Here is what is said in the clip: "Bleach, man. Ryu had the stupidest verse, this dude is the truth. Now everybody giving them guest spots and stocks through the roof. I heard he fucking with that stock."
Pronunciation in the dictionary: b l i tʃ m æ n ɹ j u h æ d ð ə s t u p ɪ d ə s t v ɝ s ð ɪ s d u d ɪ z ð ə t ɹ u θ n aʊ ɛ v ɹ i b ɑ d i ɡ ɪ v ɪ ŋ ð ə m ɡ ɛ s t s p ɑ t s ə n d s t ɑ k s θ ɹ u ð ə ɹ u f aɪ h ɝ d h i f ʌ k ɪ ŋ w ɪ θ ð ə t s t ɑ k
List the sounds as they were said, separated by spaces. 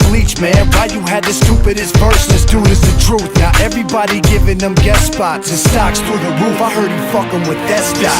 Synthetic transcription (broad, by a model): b l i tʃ m æ n w j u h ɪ d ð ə s t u p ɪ d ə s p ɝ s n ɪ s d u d ɪ z ð ə t ɹ u θ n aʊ ɛ v ɹ i b ɑ d i ɡ ɪ v ɪ ŋ ð ə m ɡ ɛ t s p ɑ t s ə s t ɑ k s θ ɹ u ð ə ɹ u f aɪ h ɝ d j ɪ f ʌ k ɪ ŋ w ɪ ð ə t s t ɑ